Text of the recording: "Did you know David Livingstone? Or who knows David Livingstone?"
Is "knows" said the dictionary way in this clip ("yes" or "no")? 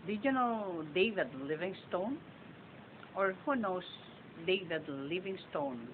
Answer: no